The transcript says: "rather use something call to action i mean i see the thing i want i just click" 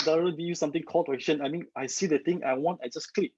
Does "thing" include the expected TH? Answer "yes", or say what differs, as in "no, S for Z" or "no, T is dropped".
no, T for TH